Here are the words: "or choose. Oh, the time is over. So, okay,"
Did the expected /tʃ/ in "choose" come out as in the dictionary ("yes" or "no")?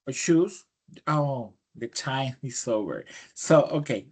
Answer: no